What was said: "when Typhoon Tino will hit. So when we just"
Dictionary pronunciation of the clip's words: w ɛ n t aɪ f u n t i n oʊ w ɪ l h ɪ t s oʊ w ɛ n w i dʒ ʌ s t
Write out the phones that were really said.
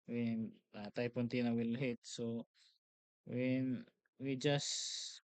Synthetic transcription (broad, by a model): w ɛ n t aɪ p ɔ n t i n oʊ w ɪ l h ɪ t s oʊ w ɛ n w i dʒ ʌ s